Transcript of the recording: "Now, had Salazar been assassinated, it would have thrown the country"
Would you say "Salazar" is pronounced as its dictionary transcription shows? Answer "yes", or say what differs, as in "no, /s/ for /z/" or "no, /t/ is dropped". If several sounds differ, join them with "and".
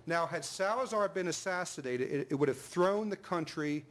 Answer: yes